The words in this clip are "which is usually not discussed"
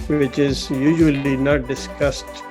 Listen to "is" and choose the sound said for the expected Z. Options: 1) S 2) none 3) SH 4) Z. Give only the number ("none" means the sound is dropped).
4